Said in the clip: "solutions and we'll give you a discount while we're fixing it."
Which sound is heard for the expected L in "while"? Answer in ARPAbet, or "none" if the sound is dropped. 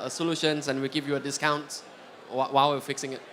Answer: W